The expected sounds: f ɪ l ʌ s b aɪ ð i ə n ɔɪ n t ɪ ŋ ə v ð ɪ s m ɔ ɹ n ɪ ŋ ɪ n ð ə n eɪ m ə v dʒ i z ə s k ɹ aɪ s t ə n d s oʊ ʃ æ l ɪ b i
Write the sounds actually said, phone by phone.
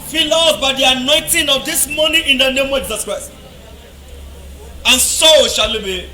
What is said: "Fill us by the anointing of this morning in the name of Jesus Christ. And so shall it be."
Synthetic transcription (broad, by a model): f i l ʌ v b aɪ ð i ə n ɔɪ n t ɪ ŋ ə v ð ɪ s m ɔ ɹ n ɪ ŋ ɪ n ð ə n eɪ m ə v dʒ i z ə s k ɹ aɪ s t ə n s oʊ ʃ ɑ l ɪ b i